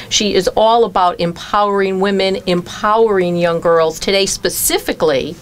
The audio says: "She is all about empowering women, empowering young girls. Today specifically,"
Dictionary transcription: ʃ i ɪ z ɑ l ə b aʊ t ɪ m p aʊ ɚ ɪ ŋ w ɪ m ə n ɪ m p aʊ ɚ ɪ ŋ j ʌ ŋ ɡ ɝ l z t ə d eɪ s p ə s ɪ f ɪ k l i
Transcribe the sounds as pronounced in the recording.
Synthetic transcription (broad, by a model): ʃ i ɪ z ɑ l ə b aʊ t ɪ m p aʊ ɚ ɪ ŋ w ɪ m ə n ɪ m p aʊ ɚ ɪ ŋ j ʌ ŋ ɡ ɝ l z t ə d eɪ s p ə s ɪ f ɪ k l i